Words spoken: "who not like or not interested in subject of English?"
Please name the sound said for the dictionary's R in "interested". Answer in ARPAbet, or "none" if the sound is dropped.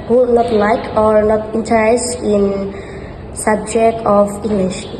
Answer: none